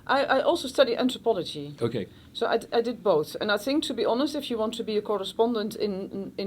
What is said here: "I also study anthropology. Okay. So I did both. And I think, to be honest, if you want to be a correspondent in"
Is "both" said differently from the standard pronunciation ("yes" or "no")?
no